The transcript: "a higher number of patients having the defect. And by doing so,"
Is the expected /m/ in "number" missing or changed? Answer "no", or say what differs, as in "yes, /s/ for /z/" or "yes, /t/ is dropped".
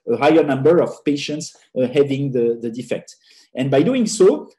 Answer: no